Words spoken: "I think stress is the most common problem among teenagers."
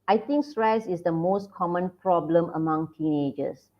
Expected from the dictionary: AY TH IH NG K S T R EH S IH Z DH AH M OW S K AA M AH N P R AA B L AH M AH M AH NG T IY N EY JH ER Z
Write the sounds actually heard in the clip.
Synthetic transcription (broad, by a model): AY T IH NG K S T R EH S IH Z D AH M OW S K AA M AH N P R AA B L AH M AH M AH NG T IY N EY JH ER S